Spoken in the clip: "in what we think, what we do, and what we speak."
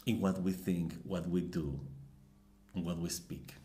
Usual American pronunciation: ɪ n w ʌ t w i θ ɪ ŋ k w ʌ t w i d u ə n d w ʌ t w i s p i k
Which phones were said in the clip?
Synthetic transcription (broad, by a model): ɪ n w ʌ t w i θ ɪ ŋ k w ʌ t w i d u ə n w ʌ t w i s p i k